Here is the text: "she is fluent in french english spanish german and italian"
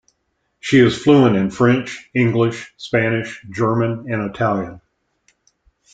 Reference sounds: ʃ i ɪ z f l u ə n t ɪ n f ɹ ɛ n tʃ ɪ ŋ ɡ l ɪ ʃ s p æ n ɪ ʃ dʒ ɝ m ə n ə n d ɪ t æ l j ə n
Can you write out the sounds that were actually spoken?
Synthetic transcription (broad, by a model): ʃ i ɪ z f l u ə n ɪ n f ɹ ɛ n tʃ ɪ ŋ ɡ l ɪ ʃ s p æ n ɪ ʃ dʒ ɝ m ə n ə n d ɪ t æ l j ə n